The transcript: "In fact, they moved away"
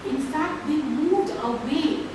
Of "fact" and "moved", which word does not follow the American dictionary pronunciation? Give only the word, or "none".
none